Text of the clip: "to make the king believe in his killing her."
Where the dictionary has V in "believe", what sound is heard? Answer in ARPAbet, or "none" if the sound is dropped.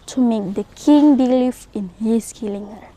F